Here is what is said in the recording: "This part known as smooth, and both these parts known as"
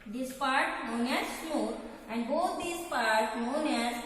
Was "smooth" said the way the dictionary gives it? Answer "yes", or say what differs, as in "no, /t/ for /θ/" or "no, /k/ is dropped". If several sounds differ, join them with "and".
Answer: no, /m/ is dropped